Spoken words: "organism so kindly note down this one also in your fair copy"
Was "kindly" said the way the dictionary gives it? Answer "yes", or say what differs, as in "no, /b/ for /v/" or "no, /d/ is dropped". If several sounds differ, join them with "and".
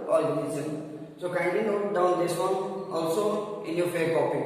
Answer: no, /l/ is dropped